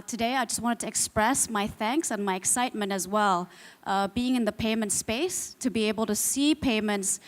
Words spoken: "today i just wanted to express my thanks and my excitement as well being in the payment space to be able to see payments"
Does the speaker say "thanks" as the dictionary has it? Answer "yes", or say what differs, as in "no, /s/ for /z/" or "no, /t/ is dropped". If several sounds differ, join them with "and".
yes